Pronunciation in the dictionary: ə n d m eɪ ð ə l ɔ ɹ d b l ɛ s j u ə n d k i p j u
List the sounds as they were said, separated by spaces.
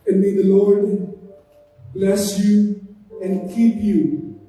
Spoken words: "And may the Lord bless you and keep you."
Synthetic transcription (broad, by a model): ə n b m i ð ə l ɔ ɹ d b l ɛ s j u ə n k i p j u